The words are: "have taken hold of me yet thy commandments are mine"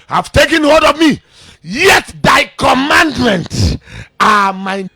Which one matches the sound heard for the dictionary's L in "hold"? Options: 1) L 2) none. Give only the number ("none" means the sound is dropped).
2